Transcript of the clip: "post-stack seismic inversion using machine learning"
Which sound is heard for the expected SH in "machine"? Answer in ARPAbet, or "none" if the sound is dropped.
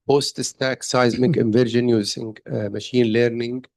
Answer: SH